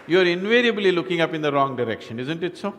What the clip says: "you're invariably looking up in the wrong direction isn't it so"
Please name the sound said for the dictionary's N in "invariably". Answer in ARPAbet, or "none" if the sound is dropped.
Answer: N